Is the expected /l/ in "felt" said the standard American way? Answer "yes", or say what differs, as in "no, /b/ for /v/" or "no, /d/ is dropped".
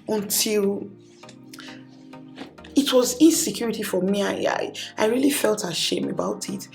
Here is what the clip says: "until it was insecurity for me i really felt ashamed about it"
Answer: yes